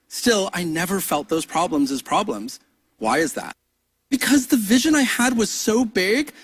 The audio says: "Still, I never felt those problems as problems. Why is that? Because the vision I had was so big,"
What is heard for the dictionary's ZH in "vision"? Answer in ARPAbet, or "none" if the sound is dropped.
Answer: ZH